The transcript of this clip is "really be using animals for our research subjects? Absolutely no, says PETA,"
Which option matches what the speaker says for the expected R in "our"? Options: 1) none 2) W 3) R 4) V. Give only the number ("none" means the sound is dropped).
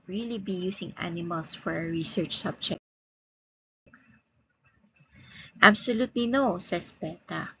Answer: 3